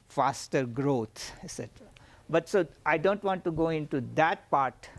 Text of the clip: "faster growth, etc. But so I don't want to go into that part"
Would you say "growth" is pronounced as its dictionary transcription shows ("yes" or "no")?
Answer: no